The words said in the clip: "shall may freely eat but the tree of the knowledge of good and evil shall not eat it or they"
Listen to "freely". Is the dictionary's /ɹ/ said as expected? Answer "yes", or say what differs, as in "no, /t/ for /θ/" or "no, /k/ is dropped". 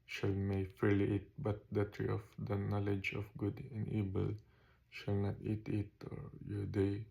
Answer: no, /ɹ/ is dropped